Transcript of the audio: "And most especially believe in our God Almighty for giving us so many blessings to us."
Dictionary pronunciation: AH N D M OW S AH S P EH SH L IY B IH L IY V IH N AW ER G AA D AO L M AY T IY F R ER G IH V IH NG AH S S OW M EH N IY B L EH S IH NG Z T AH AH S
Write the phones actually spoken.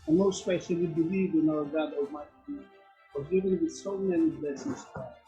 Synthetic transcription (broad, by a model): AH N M OW AH S P EH SH L IY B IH L IY V IH N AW ER G AA D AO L M AY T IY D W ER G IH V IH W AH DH S OW M EH N IY B L EH S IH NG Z T AH